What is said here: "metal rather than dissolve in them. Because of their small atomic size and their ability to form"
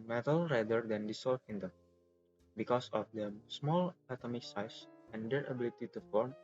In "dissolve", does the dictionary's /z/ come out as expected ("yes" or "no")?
no